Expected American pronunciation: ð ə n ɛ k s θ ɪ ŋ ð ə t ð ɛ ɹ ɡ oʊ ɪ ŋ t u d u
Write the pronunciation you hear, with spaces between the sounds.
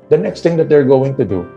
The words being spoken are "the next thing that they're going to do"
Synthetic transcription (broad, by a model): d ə n ɛ k s t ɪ ŋ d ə t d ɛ ɹ ɡ oʊ ɪ ŋ t u d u